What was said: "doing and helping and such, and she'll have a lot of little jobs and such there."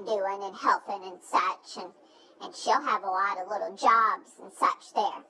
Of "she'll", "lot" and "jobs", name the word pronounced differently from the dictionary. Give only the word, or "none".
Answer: none